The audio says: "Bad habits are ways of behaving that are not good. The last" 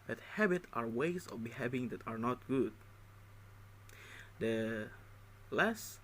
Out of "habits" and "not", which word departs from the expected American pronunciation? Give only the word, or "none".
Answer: habits